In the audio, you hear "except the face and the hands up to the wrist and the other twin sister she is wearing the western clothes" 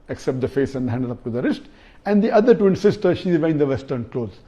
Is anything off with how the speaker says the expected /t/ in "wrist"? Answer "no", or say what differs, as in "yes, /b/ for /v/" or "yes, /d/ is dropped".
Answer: no